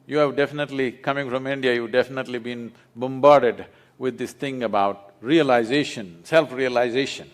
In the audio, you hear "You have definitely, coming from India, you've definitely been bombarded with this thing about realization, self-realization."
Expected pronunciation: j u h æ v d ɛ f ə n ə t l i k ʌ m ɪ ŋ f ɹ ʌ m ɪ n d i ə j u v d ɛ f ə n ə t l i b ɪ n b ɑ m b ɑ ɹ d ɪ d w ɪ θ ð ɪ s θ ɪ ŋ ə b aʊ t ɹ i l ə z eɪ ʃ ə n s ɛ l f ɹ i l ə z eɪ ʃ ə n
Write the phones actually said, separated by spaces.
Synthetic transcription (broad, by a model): j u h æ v d ɛ f ə n ə t l i k ʌ m ɪ ŋ f ɹ ʌ m ɪ n d i ə j u v d ɛ f ə n ə t l i b ɪ n b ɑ m b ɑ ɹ d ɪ d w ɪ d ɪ s t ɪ ŋ ə b aʊ t ɹ i l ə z eɪ ʃ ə n s ɛ l f ɹ i l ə z eɪ ʃ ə n